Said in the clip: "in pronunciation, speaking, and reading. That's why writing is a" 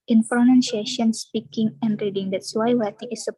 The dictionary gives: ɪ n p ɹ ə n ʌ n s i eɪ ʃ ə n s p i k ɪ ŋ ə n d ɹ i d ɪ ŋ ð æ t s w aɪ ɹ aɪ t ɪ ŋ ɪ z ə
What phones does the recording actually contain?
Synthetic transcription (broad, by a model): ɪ n f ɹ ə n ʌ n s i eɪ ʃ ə n s p i k ɪ ŋ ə n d ɹ i d ɪ ŋ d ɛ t s w aɪ w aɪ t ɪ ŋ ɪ s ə